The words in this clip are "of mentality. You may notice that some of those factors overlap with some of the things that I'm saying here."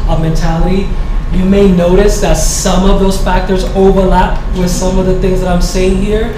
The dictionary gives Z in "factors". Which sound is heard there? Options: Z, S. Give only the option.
Z